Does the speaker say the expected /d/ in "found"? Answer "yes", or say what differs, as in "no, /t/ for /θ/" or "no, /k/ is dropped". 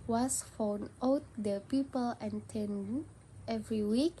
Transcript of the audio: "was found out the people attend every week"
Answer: no, /d/ is dropped